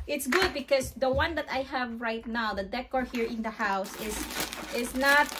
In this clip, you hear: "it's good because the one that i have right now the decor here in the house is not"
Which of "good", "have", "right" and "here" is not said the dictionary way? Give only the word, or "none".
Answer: none